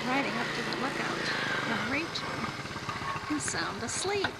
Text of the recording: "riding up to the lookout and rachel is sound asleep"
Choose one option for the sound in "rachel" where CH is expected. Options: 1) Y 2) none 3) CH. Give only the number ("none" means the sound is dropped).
2